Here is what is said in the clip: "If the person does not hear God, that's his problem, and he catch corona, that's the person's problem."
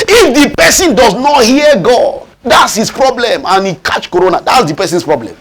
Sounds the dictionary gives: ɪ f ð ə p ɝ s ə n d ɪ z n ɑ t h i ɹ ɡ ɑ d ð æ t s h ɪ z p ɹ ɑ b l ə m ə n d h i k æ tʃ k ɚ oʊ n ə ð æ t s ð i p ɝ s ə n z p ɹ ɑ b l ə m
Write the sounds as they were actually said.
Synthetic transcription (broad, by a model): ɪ f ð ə p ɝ s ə n d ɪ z n ɑ t h i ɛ ɡ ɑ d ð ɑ t s h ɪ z p ɹ ɑ b l ə m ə n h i k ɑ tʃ k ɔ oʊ n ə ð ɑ t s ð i p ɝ s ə n s p ɹ ɑ b l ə m